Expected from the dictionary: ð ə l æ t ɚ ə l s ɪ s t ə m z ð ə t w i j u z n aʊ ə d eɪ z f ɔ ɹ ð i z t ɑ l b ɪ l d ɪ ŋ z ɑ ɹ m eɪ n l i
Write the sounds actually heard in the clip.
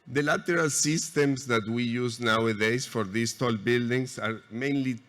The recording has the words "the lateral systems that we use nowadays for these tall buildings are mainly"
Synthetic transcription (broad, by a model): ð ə l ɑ t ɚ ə l s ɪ s t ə m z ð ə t w i j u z n aʊ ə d eɪ s f ɔ ɹ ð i s t ɑ l b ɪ l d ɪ ŋ s ɑ ɹ m eɪ n l i